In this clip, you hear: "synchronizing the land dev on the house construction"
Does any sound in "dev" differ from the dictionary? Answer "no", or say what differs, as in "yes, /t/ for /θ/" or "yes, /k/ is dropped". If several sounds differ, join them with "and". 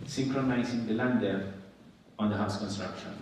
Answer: yes, /v/ is dropped